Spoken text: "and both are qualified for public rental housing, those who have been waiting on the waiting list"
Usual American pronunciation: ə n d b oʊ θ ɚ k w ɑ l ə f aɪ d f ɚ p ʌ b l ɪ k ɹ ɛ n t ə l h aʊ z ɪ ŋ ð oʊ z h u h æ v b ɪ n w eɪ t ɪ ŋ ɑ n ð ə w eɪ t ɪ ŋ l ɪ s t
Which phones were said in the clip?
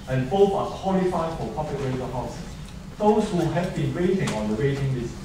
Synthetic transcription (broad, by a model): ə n b oʊ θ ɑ k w ɑ l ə f aɪ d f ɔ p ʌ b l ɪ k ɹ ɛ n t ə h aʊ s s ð oʊ s h u h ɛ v b ɪ n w eɪ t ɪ ŋ ɑ n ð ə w eɪ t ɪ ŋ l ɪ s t